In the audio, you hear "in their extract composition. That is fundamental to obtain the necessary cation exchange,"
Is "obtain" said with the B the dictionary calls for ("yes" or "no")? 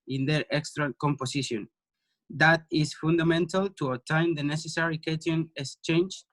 no